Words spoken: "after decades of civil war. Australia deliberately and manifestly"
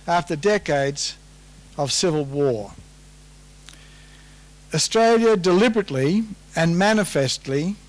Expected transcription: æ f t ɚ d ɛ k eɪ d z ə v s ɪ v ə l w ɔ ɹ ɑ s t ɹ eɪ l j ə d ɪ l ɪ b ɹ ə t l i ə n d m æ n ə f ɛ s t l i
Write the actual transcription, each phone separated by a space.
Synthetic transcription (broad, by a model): æ f t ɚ d ɛ k eɪ d z ə v s ɪ v ə l w ɔ ɹ ɑ s t ɹ eɪ l j ə d ɪ l ɪ b ɹ ə t l i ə n m æ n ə f ɛ s t l i